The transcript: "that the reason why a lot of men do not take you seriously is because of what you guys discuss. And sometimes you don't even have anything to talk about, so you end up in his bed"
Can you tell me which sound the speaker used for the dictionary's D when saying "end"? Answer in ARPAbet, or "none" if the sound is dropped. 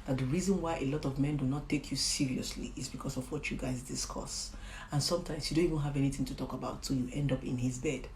D